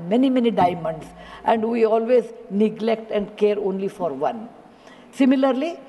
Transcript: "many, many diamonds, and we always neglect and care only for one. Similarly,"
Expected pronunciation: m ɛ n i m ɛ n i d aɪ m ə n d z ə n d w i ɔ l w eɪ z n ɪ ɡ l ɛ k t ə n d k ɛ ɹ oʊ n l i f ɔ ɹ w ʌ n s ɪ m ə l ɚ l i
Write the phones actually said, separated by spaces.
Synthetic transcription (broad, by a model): m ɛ n i m ɛ n i d aɪ m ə n d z ə n d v i ɔ l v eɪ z n ɪ ɡ l ɛ k t ə n d k ɛ ɹ oʊ n l i f ɔ ɹ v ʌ n s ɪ m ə l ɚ l i